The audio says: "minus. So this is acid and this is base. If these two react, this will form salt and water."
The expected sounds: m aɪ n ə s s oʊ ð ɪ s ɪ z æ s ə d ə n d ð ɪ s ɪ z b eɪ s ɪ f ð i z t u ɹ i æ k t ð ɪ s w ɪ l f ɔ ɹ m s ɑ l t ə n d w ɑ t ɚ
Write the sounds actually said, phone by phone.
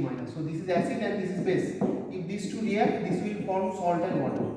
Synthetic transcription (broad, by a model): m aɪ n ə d s oʊ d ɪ s ɪ z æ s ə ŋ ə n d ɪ s ɪ z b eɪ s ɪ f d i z t u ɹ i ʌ t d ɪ s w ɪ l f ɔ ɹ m s ɑ l t ə n d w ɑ t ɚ